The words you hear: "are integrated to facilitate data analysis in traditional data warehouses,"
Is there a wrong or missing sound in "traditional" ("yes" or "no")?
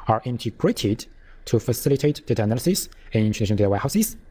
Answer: yes